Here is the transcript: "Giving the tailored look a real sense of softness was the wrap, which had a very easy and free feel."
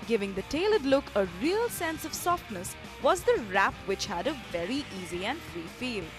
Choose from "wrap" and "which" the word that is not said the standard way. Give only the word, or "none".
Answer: none